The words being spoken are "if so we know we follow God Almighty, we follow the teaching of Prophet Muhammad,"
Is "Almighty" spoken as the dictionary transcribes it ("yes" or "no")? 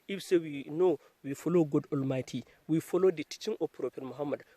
yes